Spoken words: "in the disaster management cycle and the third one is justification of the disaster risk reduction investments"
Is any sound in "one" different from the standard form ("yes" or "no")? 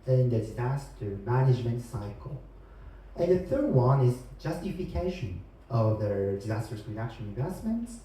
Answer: no